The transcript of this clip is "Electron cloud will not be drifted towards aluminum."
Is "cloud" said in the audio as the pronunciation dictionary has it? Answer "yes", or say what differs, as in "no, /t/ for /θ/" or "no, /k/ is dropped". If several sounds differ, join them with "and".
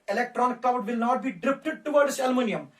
no, /l/ is dropped